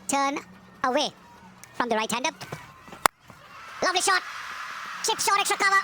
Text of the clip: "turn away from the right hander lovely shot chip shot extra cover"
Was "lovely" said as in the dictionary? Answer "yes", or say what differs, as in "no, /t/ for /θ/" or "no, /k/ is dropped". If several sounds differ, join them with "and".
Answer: yes